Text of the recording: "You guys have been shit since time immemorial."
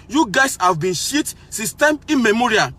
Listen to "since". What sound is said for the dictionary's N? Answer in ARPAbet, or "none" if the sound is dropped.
none